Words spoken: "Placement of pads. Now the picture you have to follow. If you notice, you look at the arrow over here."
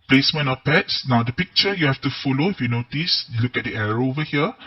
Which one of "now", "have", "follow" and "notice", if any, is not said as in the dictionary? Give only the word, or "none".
have